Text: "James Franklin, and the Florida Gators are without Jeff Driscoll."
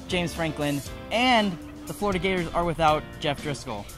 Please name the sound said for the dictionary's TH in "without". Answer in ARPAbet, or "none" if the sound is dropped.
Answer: TH